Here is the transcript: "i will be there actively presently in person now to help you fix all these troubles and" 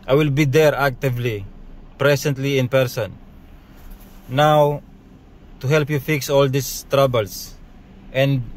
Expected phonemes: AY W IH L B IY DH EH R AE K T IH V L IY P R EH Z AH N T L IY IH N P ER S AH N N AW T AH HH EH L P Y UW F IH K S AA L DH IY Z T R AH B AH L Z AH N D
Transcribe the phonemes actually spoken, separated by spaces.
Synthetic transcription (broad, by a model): AY W IH L B IY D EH R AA K T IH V L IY P R EH S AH N T L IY IH N P ER S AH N N AW T AH HH EH L P Y UW F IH K S AA L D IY S T R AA B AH L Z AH N D